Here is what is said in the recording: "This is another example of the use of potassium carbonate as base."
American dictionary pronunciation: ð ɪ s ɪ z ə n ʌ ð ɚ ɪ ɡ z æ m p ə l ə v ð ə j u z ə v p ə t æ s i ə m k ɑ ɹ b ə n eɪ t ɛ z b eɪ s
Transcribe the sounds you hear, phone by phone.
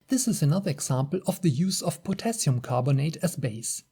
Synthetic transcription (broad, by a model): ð ɪ s ɪ z ə n ʌ ð ɚ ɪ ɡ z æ m p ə l ə v ð ə j u z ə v p ə t æ s i ə m k ɑ ɹ b ə n eɪ t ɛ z b eɪ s